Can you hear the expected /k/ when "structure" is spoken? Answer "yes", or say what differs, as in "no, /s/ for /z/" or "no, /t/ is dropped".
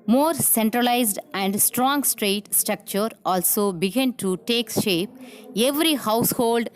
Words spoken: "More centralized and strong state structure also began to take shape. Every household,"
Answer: yes